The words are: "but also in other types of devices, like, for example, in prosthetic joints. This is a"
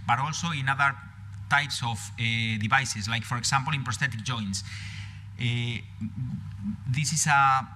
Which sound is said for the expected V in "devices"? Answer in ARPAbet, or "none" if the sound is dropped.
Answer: B